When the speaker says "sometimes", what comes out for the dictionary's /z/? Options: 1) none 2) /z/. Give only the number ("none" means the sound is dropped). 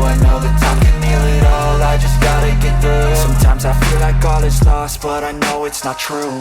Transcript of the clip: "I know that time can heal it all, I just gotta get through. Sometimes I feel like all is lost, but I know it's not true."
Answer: 2